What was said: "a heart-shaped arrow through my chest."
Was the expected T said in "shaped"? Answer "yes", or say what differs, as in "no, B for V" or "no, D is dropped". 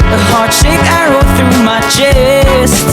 no, T is dropped